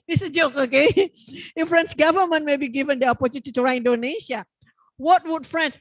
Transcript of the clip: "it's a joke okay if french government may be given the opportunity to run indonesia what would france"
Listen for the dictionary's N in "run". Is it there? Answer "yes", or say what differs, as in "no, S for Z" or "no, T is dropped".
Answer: no, N is dropped